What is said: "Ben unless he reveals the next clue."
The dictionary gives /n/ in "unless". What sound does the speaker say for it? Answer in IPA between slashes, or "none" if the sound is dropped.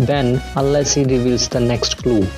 none